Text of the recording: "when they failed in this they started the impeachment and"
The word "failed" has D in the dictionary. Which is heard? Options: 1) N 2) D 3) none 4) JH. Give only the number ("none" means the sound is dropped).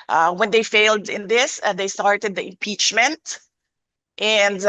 2